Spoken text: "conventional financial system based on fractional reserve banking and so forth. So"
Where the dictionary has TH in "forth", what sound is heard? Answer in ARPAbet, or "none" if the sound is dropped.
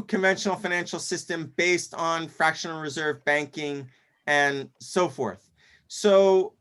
TH